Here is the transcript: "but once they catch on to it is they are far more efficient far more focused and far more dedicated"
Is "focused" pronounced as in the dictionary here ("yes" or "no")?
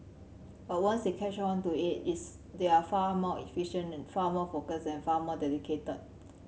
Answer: no